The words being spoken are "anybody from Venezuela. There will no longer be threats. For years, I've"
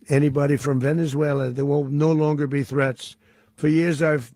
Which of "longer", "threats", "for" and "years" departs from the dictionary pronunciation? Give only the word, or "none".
none